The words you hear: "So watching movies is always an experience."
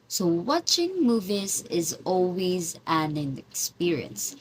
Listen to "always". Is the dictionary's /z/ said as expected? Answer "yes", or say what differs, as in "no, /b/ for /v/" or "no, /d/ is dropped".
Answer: yes